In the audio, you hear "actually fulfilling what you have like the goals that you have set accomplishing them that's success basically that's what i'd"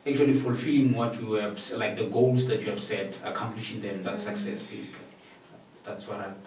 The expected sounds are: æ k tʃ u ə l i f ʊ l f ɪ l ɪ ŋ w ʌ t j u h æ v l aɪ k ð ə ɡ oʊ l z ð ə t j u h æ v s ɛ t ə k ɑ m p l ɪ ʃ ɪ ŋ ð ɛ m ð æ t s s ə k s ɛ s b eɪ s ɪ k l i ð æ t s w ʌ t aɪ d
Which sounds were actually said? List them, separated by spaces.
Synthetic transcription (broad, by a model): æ k tʃ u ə l i f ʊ l f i l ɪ ŋ w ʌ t j u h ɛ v l aɪ k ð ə ɡ oʊ l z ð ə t j u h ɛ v s ɛ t ə k ɑ m p l ɪ ʃ ɪ ŋ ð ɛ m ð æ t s s ə k s ɛ s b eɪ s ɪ k l i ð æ t s w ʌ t aɪ